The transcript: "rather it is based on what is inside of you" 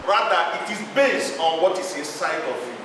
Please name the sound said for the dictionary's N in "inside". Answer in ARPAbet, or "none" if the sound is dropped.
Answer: none